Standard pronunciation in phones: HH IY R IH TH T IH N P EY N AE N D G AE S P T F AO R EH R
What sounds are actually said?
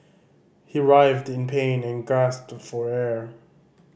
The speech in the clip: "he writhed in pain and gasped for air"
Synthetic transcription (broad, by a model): HH IY R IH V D IH N P EY N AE N G AE S P T F AO R EH R